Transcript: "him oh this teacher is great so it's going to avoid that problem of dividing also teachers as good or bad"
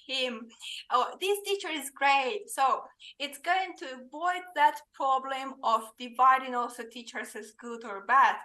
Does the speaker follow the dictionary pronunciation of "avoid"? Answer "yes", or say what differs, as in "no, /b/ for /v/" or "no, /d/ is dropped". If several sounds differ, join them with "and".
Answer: yes